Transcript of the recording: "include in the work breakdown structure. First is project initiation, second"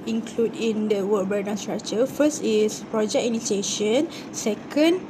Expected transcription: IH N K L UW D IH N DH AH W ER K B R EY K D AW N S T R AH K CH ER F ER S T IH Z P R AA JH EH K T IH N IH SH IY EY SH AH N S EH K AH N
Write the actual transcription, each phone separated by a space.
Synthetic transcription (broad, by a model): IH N K L UW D IH N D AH W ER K B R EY D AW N S T R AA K CH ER F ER S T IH S P R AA JH EH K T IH N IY S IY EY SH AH N S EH K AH N